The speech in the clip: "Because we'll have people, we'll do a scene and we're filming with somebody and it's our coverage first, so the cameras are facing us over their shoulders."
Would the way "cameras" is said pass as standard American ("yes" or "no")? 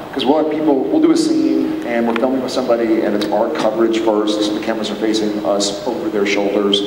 no